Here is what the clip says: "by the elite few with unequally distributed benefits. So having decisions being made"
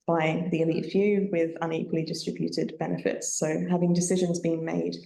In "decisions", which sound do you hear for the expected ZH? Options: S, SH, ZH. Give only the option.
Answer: ZH